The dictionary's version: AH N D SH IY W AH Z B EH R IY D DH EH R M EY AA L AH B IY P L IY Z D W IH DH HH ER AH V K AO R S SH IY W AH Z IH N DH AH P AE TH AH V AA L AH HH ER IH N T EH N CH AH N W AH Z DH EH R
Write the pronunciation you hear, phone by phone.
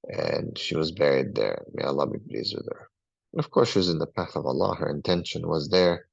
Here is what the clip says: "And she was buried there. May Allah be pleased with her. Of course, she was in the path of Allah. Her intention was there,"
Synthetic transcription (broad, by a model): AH N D SH IY W AH Z B EH R IY D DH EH R M EY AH L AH B IY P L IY Z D W IH DH HH ER AH V K AO R S SH IY W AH Z IH N DH AH P AE TH AH V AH L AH HH ER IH N T EH N SH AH N W AH Z DH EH R